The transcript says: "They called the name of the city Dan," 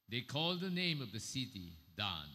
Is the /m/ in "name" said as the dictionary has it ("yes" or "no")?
yes